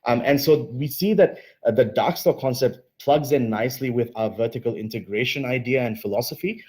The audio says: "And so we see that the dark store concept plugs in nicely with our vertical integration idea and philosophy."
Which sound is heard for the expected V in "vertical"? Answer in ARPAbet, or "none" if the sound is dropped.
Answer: V